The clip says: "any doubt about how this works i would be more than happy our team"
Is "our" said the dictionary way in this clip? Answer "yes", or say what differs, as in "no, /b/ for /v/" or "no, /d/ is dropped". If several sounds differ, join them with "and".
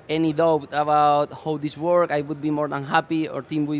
yes